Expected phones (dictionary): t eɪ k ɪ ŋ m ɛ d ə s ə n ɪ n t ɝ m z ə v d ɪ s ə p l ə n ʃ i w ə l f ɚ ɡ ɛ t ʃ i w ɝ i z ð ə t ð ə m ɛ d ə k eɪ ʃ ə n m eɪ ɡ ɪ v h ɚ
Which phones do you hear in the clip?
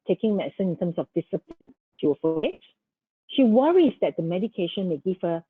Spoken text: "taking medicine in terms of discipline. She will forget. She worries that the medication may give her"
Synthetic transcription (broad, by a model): t eɪ k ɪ ŋ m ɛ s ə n ɪ n t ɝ m s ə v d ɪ s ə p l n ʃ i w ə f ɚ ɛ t ʃ i w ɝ i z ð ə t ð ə m ɛ d ə k eɪ ʃ ə n m eɪ ɡ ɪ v h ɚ